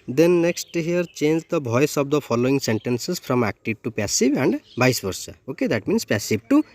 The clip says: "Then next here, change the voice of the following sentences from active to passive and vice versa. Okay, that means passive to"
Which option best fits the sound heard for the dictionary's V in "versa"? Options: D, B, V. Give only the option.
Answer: B